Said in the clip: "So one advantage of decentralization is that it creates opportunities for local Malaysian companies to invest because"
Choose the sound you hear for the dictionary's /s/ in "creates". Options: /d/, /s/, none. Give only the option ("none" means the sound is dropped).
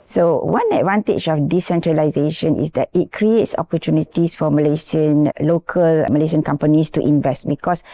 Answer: /s/